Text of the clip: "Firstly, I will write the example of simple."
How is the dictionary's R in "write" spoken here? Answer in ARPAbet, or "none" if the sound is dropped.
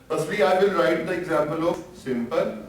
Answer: R